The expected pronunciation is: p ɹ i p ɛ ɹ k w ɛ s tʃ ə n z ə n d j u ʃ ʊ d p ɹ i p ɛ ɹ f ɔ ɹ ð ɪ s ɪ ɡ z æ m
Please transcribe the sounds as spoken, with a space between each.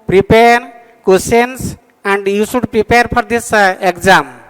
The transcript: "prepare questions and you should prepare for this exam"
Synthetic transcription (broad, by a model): p ɹ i p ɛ ɹ k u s ə n s ə n d j u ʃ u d p ɹ i p ɛ ɹ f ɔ ɹ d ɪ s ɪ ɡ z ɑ m